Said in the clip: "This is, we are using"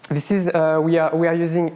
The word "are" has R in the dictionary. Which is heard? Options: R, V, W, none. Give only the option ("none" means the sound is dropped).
W